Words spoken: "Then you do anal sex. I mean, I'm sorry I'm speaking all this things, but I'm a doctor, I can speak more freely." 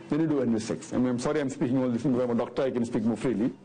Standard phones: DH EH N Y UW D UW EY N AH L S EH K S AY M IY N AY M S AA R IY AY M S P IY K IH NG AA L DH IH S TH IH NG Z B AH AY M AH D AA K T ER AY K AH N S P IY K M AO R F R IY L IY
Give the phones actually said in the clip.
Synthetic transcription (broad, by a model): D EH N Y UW D UW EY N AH S EH K S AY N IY AY M S AA R IY AY M S P IY K IH NG AA L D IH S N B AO AY M AH D AA K T ER AY K AH N S P IY K M AO R F R IY L IY